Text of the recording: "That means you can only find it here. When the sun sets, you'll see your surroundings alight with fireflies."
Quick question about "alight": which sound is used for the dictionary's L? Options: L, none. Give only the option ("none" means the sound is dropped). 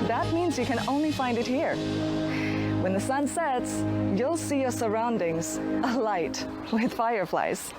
L